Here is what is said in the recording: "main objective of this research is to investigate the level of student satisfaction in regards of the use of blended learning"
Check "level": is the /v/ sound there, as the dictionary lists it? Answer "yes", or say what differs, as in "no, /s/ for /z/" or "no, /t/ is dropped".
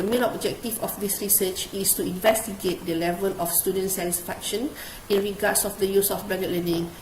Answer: yes